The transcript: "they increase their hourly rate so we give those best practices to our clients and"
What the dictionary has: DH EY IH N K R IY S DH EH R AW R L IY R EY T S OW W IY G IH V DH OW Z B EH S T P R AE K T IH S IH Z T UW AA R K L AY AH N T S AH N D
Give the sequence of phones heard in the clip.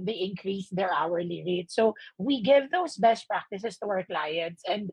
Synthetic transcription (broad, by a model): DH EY IH N K R IY S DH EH R AW R L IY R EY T S OW W IY G IH V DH OW S B EH S T P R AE K T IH S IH S T UW AA R K L AY AH N T S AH N D